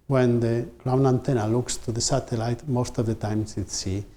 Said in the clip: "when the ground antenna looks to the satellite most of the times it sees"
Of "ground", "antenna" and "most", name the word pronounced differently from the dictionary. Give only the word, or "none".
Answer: ground